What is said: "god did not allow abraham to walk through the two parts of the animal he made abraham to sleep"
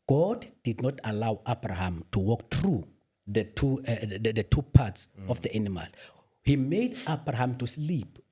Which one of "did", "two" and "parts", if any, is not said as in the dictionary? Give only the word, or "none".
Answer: none